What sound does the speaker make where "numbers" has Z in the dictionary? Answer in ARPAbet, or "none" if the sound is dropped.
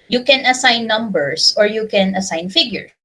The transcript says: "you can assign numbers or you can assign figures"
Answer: S